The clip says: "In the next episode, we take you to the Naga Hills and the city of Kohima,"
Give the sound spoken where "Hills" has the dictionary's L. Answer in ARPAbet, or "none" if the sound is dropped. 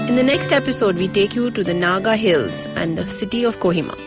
L